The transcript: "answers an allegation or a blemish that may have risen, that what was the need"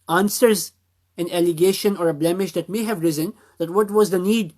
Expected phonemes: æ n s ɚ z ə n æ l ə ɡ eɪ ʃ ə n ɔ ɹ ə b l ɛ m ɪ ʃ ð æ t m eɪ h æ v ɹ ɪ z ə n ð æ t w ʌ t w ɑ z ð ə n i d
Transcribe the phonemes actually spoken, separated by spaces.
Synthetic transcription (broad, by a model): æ n s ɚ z ə n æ l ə ɡ eɪ ʃ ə n ɔ ɹ ə b l ɛ m ɪ ʃ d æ t m eɪ h æ v ɹ ɪ z ə n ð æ t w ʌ t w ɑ z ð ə n i d